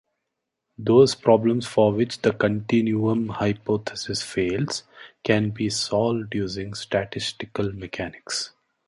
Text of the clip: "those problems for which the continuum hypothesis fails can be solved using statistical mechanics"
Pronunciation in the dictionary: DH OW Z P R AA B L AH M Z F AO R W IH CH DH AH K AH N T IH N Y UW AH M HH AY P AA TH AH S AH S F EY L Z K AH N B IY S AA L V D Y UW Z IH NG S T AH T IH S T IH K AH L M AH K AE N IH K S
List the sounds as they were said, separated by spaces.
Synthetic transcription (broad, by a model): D OW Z P R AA B L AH M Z F AO R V IH CH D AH K AH N T IH N Y UW AH M HH AY P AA T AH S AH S F EY L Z K AH N B IY S AA L V D Y UW Z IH NG S T AH T IH S T IH K AH L M AH K AE N IH K S